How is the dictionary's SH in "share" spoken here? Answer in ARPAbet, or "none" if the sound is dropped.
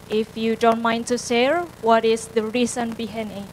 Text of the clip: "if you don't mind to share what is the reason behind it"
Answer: S